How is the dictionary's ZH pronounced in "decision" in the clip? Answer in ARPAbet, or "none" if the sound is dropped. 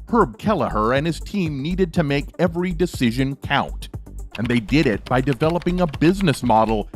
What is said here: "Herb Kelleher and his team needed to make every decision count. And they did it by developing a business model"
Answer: ZH